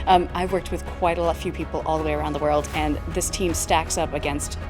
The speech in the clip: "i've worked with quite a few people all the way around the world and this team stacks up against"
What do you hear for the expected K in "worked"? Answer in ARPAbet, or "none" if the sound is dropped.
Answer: K